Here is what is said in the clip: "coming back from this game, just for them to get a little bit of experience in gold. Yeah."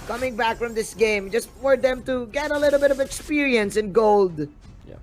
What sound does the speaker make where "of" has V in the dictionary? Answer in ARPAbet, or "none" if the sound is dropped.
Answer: V